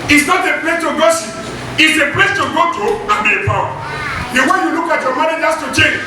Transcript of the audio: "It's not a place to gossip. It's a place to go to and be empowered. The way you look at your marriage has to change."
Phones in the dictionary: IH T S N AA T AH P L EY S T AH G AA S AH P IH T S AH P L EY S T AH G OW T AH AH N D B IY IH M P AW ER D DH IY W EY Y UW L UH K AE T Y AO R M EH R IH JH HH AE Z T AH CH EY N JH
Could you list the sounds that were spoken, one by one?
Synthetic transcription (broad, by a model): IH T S N AA T AH P L EY S T AH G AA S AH IH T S AH P L EY S T AH G OW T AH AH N B IY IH P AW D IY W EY Y UW L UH K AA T Y AO M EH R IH JH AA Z T AH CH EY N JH